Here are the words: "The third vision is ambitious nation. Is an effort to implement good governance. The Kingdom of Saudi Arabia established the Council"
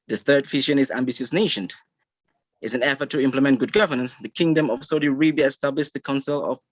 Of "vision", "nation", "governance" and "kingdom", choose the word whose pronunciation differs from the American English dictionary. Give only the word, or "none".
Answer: vision